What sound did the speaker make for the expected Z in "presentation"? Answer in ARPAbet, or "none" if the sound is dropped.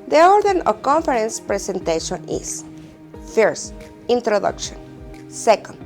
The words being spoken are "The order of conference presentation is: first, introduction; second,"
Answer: S